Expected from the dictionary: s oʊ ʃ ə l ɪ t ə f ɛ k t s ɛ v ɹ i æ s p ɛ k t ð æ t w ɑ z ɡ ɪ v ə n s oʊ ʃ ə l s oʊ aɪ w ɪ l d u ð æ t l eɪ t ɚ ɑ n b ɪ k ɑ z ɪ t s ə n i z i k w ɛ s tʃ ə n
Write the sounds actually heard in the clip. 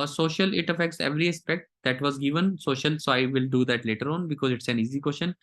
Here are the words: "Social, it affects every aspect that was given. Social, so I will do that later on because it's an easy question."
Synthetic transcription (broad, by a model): s oʊ ʃ ə l ɪ t ə f ɛ k t s ɛ v ɹ i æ s p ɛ k t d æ t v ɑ z ɡ ɪ v ə n s oʊ ʃ ə l s oʊ aɪ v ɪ l d u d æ t l eɪ t ɚ ɑ n b ɪ k ɑ z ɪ t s ə n i z i k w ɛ s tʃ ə n